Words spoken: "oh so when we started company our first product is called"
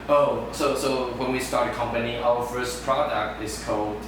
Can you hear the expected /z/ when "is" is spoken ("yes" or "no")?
no